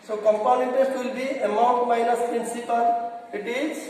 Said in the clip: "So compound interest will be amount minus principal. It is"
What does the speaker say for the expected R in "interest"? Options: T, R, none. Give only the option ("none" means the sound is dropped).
none